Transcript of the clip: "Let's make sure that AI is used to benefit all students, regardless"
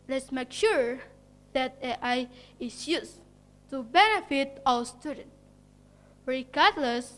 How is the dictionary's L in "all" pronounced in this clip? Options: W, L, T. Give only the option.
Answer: W